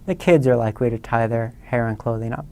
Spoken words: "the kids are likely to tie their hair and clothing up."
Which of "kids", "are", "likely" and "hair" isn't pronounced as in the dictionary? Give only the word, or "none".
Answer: none